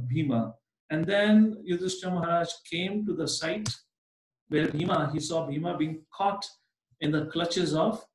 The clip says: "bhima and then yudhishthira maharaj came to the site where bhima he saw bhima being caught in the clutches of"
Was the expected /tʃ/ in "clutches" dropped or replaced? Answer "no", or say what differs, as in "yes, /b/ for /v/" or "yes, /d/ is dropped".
no